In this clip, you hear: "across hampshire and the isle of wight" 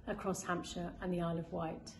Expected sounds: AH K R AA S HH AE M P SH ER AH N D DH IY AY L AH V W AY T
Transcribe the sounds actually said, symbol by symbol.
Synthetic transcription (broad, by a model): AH K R AA S HH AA M P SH ER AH N DH IY AY L AH V W AY T